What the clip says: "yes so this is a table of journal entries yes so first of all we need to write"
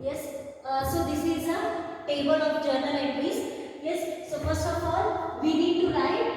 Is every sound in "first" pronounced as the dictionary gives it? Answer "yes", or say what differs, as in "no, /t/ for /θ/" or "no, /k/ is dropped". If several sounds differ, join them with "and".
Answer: no, /t/ is dropped